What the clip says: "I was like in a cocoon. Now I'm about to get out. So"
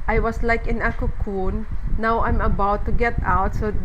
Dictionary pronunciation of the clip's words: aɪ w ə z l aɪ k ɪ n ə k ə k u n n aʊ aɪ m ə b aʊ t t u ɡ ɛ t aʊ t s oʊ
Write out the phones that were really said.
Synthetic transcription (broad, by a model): aɪ w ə s l aɪ k ɪ n ə k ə k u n n aʊ aɪ m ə b aʊ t t u ɡ ɛ t aʊ t s oʊ